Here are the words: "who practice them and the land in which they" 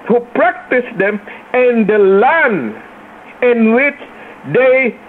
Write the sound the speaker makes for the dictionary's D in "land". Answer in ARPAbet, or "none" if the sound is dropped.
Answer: none